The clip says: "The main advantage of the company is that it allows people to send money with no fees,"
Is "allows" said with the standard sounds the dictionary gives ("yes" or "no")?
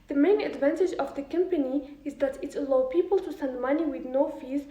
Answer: no